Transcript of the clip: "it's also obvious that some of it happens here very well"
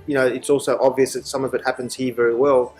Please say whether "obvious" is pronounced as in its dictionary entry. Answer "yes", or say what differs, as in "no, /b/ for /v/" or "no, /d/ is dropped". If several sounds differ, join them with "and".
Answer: yes